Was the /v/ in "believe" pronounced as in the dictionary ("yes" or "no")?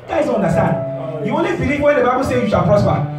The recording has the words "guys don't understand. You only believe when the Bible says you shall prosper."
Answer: no